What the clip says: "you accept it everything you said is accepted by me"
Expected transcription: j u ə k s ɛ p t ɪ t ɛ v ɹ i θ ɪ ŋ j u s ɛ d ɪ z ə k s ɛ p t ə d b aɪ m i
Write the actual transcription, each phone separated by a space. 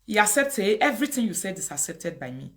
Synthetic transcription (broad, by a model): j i ə k s ɛ p t ɪ t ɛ v ɹ i t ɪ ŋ j u s ɛ d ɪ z ə k s ɛ p t ə d b aɪ m i